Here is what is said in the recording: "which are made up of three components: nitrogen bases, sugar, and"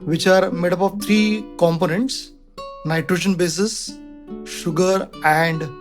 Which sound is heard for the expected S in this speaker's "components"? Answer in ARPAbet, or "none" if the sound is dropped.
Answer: S